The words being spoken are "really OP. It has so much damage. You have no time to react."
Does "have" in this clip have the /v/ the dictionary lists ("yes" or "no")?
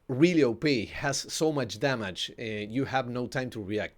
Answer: yes